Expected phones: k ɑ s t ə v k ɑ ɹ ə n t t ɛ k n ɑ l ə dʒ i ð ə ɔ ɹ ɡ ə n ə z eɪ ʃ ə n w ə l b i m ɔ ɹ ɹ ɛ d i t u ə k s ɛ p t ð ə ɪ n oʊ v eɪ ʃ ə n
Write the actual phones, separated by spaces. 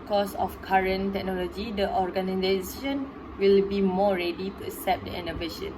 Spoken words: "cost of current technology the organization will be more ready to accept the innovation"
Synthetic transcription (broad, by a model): k ɑ s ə f k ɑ ɹ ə n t t ɛ k n ɑ l ə dʒ i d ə ɔ ɹ ɡ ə n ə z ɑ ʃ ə n w ə l b i m ɔ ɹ ɹ ɛ d i t u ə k s ɛ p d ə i n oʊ v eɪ ʃ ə n